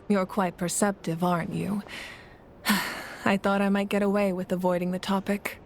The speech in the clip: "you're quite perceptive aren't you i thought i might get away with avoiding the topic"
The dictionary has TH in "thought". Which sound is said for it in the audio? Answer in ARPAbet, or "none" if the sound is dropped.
TH